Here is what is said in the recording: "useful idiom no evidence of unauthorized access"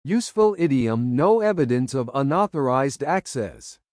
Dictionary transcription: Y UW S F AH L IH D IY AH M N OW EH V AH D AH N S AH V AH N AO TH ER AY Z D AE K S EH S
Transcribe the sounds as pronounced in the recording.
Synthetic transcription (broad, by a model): Y UW S F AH L IH D IY AH M N OW EH V AH D AH N S AH V AH N AO TH ER AY Z D AE K S EH S